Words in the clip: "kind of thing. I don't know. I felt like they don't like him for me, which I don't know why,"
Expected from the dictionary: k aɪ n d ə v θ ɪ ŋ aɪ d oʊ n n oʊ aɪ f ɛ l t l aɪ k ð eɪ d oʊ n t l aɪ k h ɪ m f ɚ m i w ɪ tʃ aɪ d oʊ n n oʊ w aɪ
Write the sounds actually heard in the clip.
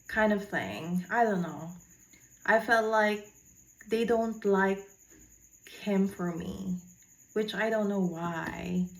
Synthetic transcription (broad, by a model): k aɪ n d ə v θ ɪ ŋ aɪ d oʊ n n oʊ aɪ f ɛ l t l aɪ k ð eɪ d oʊ n t l aɪ k h ɪ m f ɚ m i w ɪ tʃ aɪ d oʊ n n oʊ w aɪ